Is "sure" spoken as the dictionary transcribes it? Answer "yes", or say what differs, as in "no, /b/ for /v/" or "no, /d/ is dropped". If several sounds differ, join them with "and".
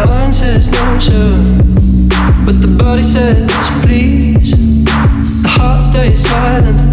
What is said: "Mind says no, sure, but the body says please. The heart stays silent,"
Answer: no, /s/ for /ʃ/